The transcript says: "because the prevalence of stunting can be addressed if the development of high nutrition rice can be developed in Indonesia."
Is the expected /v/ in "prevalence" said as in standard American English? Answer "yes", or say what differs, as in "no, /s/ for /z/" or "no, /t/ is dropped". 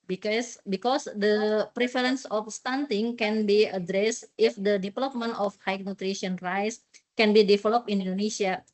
no, /f/ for /v/